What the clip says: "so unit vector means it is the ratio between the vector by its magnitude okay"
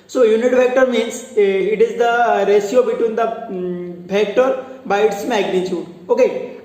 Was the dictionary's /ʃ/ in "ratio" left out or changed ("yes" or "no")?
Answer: yes